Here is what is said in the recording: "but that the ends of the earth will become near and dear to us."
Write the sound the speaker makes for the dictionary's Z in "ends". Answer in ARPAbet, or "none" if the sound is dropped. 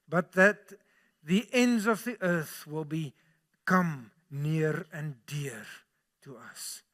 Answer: Z